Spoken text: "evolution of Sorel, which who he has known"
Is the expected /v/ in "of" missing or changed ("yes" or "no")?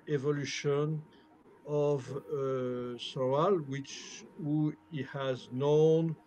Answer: no